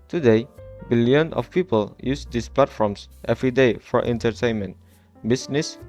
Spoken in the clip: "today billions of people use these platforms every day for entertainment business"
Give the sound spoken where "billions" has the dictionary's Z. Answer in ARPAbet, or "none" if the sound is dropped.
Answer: none